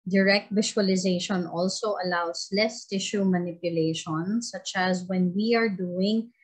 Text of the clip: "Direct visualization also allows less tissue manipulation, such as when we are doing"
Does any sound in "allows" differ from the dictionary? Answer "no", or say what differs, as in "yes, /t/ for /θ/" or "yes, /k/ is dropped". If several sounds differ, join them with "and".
yes, /s/ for /z/